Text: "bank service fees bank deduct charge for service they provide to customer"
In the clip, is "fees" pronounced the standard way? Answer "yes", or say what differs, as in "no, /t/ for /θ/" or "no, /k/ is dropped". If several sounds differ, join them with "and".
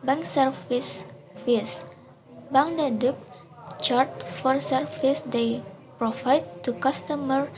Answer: no, /s/ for /z/